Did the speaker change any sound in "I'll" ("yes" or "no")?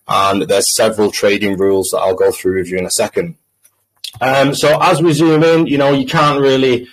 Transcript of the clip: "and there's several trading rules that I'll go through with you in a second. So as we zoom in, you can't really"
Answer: no